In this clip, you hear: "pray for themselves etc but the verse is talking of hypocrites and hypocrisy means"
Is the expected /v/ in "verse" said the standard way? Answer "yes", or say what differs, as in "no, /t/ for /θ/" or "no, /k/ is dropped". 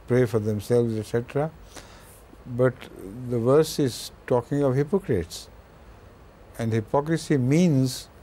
yes